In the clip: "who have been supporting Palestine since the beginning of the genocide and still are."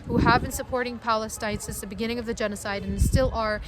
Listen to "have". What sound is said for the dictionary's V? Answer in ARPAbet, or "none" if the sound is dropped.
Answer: V